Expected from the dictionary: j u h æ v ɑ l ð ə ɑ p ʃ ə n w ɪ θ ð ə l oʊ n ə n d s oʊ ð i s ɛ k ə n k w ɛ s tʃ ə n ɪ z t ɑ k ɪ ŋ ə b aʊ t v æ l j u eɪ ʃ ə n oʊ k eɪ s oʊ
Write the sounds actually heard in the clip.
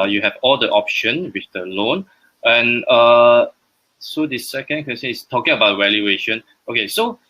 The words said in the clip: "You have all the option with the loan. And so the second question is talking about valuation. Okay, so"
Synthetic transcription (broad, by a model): j u h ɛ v ɑ l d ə ɑ p ʃ ə n w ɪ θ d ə l oʊ n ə n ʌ s oʊ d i s ɛ k ə n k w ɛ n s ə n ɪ s t ɑ k ɪ ŋ ə b aʊ t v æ l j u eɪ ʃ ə n oʊ k eɪ s oʊ